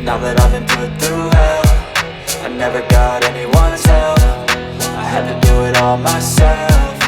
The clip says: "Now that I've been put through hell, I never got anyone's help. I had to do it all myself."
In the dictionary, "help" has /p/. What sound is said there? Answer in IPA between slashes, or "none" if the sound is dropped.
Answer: /f/